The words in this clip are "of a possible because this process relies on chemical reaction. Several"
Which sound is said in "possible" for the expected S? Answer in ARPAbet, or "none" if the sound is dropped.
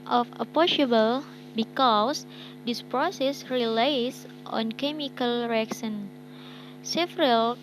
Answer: SH